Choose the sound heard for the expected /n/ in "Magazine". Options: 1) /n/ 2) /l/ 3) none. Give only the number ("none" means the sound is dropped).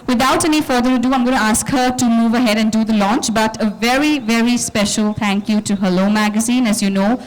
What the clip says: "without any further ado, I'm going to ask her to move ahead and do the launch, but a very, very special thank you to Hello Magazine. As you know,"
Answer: 1